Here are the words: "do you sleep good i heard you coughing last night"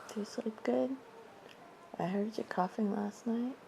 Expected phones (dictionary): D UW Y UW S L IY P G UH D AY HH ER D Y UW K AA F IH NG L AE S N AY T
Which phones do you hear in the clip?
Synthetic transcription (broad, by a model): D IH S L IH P G UH D AY HH ER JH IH K AA F IH NG L AE S N AY T